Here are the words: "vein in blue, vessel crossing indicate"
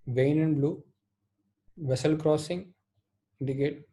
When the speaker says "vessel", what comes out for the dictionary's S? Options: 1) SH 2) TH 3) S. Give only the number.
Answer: 3